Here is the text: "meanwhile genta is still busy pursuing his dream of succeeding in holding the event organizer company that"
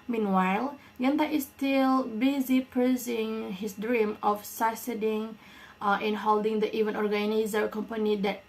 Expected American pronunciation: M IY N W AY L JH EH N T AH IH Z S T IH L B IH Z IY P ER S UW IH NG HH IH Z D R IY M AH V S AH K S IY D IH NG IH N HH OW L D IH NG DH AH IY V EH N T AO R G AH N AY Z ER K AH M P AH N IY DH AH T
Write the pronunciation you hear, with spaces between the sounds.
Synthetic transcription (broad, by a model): M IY N W AY L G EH N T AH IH S T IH L B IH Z IY P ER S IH NG HH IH S D R IY M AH F S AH S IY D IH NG IH N HH OW L D IH NG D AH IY V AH N AO R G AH N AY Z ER K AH M P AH N IY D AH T